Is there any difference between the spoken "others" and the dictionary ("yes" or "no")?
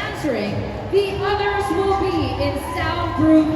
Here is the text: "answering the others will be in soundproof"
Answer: no